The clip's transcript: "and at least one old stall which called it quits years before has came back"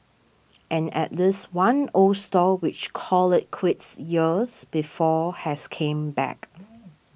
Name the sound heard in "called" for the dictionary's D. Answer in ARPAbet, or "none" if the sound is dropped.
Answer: none